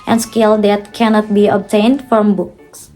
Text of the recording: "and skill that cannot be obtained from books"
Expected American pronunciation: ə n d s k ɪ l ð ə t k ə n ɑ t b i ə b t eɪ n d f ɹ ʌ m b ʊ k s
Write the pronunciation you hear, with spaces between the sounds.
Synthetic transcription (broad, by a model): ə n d s k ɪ l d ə t k ə n ɑ t b i ə b t eɪ n d f ɹ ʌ m b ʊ k s